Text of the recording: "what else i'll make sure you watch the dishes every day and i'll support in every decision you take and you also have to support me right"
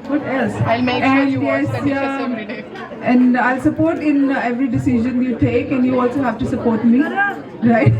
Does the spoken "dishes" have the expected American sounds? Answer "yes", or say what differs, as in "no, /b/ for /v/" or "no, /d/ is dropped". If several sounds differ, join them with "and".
no, /z/ is dropped